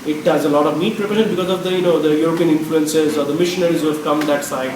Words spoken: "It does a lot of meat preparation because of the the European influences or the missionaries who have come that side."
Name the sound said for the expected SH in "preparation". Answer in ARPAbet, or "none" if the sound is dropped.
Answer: none